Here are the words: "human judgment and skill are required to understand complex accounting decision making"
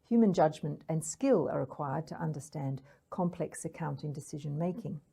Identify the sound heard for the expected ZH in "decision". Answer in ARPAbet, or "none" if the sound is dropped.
ZH